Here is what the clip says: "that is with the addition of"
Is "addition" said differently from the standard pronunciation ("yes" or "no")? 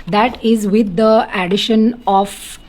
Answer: no